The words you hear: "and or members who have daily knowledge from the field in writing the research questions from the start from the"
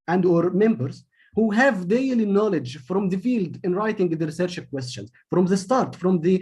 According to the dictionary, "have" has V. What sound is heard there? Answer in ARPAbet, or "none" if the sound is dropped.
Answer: V